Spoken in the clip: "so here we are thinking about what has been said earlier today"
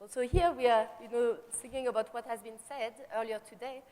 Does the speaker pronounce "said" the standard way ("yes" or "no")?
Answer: yes